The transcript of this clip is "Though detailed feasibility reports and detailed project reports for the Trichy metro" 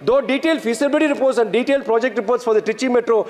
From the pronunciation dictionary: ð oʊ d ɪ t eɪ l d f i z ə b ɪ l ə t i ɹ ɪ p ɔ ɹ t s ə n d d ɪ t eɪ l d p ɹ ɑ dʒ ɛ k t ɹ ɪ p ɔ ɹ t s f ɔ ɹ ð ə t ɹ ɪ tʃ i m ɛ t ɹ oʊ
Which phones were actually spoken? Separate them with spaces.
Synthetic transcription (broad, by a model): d oʊ d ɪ t eɪ l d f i s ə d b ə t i ɹ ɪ p ɔ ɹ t s ə n d d ɪ t eɪ l d p ɹ ɑ dʒ ɛ k t ɹ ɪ p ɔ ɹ t s f ɔ ɹ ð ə t ɪ tʃ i m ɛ t ɹ oʊ